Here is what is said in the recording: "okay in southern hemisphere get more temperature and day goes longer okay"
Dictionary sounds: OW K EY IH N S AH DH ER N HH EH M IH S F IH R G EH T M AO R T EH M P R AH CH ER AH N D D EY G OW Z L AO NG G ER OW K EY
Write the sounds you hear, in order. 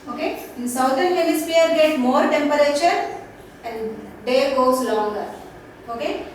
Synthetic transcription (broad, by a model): OW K EY IH N S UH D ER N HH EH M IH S P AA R G EH T M AO R T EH M P R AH CH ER AH N D D EY G OW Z L AO NG G ER OW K EY